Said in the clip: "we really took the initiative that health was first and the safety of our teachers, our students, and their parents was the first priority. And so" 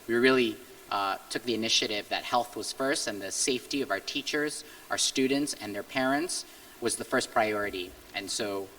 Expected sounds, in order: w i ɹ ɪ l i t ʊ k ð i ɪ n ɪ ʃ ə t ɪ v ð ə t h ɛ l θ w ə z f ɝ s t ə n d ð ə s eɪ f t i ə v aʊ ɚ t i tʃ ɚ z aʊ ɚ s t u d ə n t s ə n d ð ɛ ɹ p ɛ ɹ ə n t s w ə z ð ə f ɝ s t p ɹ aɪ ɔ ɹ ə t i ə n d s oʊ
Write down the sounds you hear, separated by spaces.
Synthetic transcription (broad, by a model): w i ɹ ɪ l i t ʊ k ð i ɪ n ɪ ʃ ə t ɪ v ð ə t h ɛ l θ w ə z f ɝ s t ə n ð ə s eɪ f t i ə v aʊ ɚ t i tʃ ɚ z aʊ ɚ s t u d n t s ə n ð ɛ ɹ p ɛ ɹ ə n t s w ə z ð ə f ɝ s p ɹ aɪ ɔ ɹ ə t i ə n s oʊ